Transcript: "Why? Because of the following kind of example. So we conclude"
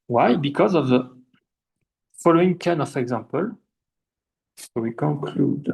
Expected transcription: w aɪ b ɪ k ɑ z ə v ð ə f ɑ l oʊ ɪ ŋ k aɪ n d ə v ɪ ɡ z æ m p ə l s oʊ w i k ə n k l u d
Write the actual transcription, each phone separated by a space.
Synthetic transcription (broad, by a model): w aɪ b ɪ k ɑ z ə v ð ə f ɑ l oʊ ɪ ŋ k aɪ n ə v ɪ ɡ z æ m p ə l s oʊ w i k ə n k l u d